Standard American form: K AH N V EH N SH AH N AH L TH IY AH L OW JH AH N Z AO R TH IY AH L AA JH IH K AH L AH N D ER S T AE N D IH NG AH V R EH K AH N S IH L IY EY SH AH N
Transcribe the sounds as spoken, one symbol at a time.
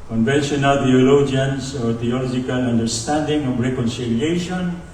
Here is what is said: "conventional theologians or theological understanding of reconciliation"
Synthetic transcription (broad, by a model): K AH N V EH N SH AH N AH L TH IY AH L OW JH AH N S AO R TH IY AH L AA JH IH K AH L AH N D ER S T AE N D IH NG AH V R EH K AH N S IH L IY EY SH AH N